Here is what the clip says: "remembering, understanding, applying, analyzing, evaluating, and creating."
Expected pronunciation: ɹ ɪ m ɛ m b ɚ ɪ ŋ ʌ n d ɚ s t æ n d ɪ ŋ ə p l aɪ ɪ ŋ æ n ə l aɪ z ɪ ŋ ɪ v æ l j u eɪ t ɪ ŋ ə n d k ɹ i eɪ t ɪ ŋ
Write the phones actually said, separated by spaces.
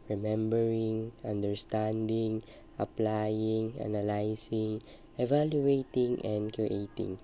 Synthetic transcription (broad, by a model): ɹ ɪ m ɛ m b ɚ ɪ ŋ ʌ n d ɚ s t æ n d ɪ ŋ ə p l aɪ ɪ ŋ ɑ n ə l aɪ s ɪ ŋ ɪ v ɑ l j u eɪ t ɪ ŋ ə n d k ɹ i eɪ t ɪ ŋ